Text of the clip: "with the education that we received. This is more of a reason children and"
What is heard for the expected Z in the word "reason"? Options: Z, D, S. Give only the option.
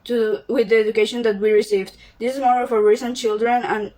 S